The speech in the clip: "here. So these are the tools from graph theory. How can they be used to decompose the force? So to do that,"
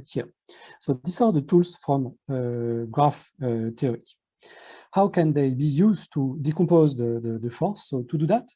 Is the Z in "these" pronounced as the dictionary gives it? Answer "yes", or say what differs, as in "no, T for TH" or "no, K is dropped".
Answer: no, S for Z